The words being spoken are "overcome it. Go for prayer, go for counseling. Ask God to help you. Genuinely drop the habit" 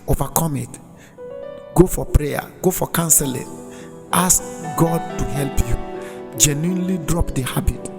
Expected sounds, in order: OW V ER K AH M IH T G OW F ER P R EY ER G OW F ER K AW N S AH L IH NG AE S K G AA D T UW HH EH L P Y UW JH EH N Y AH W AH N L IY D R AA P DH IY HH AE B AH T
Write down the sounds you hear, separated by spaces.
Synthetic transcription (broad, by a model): OW V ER K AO M IH T G OW F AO P R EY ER G OW F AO K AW N S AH L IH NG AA S K G AA D T UW HH EH L P Y UW JH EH N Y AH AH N L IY D R AA P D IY HH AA B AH T